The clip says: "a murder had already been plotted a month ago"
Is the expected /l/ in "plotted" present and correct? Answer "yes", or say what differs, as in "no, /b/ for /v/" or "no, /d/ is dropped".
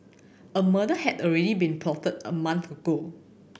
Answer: no, /l/ is dropped